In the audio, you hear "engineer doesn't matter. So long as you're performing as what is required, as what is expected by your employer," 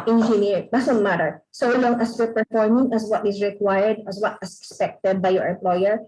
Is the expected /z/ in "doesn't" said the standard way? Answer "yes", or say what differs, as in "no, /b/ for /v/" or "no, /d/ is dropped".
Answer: no, /s/ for /z/